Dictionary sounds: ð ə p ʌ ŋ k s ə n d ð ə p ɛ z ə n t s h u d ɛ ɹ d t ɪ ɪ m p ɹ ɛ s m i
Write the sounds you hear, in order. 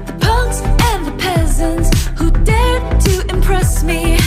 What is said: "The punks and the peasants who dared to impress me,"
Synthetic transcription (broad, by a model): ð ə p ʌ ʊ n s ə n ð ə p ɛ z ə n t s h u d ɛ ɹ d t ɪ ɪ m p ɹ ɛ s m i